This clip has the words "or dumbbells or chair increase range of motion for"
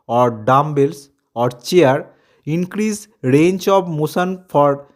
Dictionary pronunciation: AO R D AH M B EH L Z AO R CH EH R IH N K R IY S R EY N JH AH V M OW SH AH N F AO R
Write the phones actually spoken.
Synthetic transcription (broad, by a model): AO R D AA M B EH L S AO R CH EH R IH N K R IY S R EY N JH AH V M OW S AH N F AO R